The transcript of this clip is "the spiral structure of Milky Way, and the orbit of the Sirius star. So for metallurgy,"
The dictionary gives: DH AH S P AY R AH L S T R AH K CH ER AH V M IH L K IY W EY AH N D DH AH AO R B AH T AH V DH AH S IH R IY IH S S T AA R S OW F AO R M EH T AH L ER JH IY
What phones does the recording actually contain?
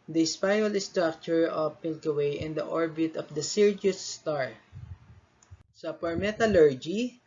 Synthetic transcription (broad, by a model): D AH S P AY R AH L S T R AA K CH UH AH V M IH L K IY W EY AH N D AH AO R B AH T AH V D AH S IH R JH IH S S T AA R S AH P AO R M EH T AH L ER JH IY